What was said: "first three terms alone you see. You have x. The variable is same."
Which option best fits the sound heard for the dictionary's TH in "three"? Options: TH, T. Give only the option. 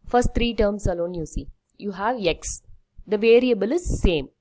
T